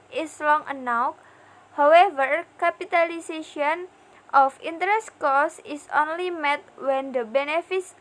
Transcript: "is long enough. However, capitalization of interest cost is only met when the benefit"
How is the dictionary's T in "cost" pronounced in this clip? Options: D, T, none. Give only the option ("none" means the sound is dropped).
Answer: none